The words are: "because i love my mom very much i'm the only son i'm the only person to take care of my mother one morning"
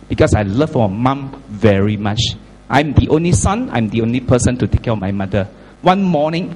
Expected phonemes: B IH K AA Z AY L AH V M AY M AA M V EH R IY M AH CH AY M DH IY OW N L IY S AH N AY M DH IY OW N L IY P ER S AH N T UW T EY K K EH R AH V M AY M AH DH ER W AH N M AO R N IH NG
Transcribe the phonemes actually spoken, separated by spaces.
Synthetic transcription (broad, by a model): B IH K AA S AY L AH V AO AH M AA M V EH R IY M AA CH AY M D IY OW N L IY S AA N AY M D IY OW N L IY P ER S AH N T UW T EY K K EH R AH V M AY M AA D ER W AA N M AO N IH NG